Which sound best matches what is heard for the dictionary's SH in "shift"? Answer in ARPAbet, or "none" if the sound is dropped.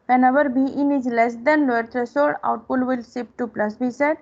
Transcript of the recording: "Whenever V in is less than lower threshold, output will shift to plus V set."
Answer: S